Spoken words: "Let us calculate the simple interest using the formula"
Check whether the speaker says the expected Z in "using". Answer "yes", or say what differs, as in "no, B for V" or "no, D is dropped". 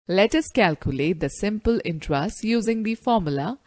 yes